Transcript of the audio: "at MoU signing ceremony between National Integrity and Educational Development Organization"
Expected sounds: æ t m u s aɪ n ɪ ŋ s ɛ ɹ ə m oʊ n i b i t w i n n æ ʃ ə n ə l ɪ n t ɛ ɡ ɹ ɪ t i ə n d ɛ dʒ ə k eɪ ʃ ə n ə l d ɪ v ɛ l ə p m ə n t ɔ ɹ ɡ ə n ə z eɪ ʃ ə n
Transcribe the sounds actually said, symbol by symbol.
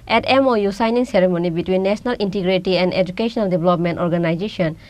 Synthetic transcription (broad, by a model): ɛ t m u s aɪ n ɪ ŋ s ɛ ɹ ə m oʊ n i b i t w i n n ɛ s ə n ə l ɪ n t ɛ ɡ ɹ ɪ t i ə n d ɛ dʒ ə k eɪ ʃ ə n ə l d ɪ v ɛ l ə p m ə n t ɔ ɹ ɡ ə n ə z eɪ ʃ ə n